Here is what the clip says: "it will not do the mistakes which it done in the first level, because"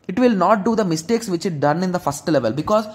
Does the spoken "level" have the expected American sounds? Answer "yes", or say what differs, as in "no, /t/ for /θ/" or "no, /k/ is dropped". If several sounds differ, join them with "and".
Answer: yes